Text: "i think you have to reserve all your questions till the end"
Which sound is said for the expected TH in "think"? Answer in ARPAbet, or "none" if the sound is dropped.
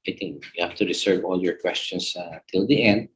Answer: T